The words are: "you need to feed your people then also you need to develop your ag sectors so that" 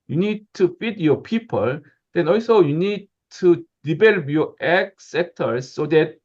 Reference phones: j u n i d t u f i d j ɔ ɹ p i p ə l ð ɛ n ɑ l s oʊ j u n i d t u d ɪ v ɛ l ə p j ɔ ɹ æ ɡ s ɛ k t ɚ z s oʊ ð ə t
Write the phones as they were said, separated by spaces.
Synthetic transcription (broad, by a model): j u n i d t u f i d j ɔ p i p ə l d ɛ n ɑ l s oʊ j u n i d t u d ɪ b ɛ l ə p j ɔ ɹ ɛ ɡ s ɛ k t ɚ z s oʊ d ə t